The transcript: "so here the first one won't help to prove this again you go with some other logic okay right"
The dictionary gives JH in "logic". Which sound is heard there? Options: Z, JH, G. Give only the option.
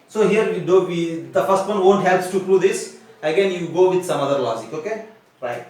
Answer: Z